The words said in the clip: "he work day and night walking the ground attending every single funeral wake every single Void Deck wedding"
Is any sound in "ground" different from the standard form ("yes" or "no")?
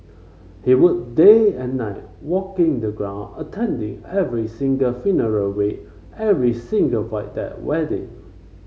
yes